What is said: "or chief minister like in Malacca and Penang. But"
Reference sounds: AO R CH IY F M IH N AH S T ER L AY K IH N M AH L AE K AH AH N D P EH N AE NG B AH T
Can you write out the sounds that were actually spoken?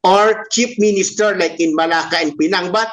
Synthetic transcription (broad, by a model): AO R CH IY P M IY N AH S T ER L AY K IH N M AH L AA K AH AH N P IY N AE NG B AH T